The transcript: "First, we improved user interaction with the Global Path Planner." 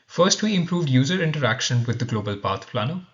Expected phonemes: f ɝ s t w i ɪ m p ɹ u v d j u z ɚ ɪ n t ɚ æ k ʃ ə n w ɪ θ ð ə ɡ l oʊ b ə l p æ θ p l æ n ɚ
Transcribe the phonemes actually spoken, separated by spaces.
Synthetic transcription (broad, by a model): f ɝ s t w i ɪ m p ɹ u v d j u z ɚ ɪ n t ɚ æ k ʃ ə n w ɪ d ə ɡ l oʊ b ə l p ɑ t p l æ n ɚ